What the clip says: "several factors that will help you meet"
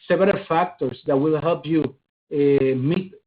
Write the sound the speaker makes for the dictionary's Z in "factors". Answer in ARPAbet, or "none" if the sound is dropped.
S